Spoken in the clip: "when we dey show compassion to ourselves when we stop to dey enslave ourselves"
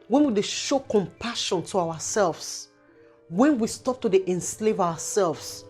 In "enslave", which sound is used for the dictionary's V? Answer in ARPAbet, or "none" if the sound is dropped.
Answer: V